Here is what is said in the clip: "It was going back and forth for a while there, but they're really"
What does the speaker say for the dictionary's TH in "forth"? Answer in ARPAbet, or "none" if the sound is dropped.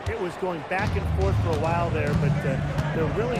TH